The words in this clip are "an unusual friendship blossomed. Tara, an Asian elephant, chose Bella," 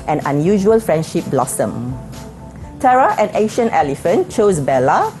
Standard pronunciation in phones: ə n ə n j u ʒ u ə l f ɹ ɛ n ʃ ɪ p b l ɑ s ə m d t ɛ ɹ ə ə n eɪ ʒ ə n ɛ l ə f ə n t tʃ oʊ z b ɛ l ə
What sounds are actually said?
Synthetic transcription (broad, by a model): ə n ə n j u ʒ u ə l f ɹ ɛ n ʃ ɪ p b l ɑ s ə m t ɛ ɹ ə ə n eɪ ʃ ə n ɛ l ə f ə n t tʃ oʊ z b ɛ l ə